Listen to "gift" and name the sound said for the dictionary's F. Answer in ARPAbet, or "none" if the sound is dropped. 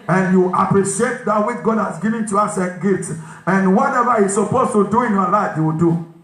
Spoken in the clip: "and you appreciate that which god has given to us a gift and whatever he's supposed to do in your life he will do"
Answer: none